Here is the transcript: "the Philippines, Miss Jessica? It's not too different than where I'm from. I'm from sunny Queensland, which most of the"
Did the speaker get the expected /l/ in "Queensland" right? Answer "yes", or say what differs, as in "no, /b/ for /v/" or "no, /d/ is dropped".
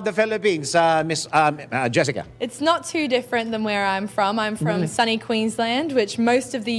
yes